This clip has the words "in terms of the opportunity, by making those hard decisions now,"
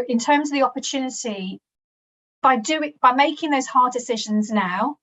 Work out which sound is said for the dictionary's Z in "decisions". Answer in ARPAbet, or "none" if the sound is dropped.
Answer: Z